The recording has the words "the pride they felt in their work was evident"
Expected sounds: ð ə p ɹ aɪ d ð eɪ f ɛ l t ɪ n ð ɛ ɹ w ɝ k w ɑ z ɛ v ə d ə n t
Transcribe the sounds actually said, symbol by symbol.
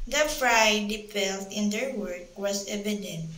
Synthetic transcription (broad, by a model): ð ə f ɹ aɪ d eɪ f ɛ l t ɪ n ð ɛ ɹ w ɝ k w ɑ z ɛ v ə d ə n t